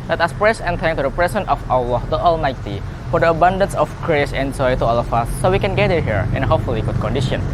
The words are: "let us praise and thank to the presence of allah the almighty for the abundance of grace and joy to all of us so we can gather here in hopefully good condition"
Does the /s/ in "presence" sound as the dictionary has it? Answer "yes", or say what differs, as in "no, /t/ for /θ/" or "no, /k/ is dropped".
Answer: no, /s/ is dropped